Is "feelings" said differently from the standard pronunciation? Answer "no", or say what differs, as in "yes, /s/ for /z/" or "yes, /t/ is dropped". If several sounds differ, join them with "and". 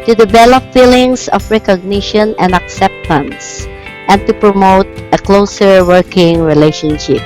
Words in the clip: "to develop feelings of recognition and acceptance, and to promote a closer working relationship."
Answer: yes, /s/ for /z/